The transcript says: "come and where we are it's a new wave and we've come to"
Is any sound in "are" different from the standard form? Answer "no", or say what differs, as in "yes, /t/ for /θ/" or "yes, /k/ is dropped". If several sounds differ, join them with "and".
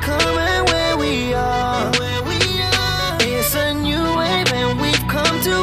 yes, /w/ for /ɹ/